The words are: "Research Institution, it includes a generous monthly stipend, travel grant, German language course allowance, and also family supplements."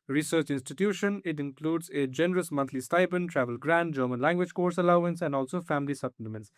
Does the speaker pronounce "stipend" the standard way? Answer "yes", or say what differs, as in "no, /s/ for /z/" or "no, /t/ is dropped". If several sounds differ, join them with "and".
no, /b/ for /p/